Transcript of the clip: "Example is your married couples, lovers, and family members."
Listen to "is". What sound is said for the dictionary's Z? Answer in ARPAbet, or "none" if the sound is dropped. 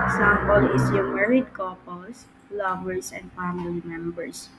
S